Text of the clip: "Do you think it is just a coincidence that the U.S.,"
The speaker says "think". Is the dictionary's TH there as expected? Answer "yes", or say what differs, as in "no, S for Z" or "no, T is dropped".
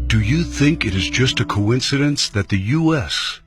yes